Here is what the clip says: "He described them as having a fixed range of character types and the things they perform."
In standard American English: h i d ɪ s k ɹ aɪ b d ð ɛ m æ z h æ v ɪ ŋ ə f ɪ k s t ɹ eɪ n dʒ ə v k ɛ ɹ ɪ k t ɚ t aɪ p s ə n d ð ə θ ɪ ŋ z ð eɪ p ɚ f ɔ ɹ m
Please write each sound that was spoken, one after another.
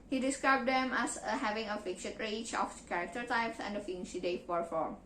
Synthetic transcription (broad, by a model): h i d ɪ s k ɹ aɪ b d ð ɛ m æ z h æ v ɪ ŋ ə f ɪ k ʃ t ɹ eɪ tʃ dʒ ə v k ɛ ɹ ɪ k t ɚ t aɪ p s ə n d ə f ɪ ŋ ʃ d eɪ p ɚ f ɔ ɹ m